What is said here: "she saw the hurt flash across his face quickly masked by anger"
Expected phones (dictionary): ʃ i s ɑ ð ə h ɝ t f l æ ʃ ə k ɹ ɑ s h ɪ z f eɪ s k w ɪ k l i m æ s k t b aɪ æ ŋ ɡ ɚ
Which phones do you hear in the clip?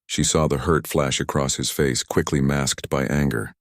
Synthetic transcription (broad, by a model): ʃ i s ɑ ð ə h ɝ t f l æ ʃ ə k ɹ ɑ s h ɪ z f eɪ s k w ɪ k l i m æ s k t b aɪ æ ŋ ɡ ɚ